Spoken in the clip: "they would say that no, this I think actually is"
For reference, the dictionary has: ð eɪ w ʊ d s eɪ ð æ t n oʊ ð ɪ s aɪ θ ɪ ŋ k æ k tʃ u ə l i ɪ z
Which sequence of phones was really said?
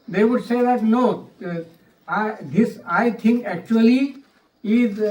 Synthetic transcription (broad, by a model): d eɪ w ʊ d s eɪ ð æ t n oʊ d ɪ s aɪ t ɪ ŋ k æ k tʃ u ə l i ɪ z